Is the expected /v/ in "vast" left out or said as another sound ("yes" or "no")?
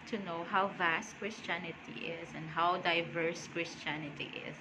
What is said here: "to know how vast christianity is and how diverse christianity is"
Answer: no